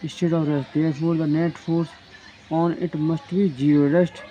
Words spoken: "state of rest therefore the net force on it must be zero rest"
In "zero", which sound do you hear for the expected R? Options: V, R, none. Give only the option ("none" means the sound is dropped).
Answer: none